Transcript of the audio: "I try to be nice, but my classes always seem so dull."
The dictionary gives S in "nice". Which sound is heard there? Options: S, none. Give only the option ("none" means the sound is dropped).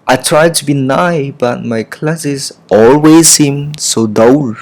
none